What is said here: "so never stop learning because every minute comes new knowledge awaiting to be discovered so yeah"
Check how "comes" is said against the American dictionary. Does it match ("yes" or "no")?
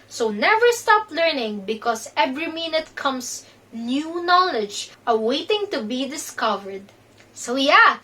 no